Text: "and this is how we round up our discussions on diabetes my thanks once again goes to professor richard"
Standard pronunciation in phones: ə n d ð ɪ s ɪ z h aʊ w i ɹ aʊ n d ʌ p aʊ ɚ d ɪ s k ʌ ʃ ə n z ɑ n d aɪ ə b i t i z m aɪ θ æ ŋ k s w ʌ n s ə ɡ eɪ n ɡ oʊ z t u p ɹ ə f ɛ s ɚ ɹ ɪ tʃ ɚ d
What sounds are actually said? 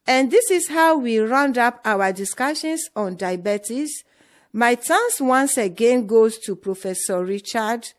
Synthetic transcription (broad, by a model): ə n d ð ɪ s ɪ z h aʊ w i ɹ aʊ n d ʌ p aʊ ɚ d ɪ s k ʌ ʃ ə n s ɑ n d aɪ b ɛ t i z m aɪ t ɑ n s w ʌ n s ə ɡ eɪ n ɡ oʊ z t u p ɹ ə f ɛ s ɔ ɹ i tʃ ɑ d